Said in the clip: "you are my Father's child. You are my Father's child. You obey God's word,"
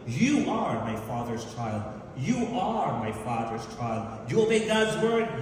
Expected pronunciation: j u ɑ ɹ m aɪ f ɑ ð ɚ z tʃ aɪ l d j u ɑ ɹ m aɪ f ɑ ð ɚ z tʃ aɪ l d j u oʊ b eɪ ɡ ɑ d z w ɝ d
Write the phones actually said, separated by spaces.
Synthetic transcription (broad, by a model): j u ɑ ɹ m aɪ f ɑ ð ɚ z tʃ aɪ l d j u ɑ ɹ m aɪ f ɑ ð ɚ z tʃ aɪ l d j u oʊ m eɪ ɡ ɑ d z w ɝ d